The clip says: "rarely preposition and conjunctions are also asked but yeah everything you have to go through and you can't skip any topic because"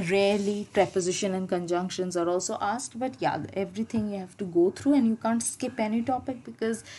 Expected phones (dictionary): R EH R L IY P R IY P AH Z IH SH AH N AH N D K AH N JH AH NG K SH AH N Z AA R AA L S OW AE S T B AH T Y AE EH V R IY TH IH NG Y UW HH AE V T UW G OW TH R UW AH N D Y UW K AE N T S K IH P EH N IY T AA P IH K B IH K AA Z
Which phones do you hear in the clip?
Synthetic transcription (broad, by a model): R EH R L IY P R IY P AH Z IH SH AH N AH N D K AH N JH AH NG K SH AH N Z AA R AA L S OW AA S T B AH T Y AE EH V R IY T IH NG Y UW HH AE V T UW G OW T R UW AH N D Y UW K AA N T S K IH P EH N IY T AA P IH K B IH K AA Z